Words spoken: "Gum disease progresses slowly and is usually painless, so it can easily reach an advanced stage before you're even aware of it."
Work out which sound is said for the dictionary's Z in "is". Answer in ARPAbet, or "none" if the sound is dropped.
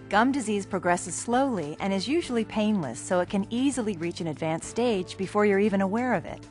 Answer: Z